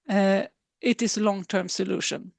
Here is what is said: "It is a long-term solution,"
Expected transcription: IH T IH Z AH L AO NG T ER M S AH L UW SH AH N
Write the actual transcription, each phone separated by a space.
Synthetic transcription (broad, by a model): IH T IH S AH L AO NG T ER M S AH L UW SH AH N